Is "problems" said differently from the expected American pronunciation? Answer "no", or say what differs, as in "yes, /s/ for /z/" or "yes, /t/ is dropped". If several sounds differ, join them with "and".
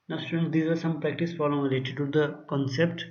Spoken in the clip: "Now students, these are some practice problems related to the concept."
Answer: yes, /b/ is dropped